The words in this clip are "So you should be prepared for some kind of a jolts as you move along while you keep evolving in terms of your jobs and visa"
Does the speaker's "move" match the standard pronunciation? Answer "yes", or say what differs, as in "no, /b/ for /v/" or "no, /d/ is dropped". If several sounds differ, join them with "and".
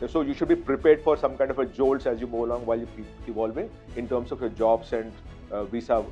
no, /v/ is dropped